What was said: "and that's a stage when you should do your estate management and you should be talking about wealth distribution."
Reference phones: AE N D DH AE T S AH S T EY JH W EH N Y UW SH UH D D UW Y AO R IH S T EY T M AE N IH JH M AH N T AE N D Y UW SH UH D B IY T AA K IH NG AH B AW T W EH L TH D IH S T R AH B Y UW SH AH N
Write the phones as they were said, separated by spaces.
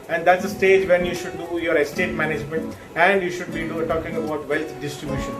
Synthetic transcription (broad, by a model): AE N D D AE T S AH S T EY JH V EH N Y UW SH UH D D UW Y AO R IH S T EY T M AE N IH JH M AH N T AE N D Y UW SH UH D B IY T AA K IH NG AH B AW T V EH L T D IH S T R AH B Y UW SH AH N